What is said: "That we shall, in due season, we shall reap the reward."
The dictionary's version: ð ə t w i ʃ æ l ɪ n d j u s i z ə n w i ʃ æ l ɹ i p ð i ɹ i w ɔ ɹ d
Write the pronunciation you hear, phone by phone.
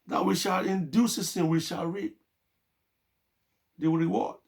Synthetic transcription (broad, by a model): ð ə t w i ʃ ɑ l ɪ n d j u s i s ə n w i ʃ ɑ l ɹ i p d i ɹ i w ɔ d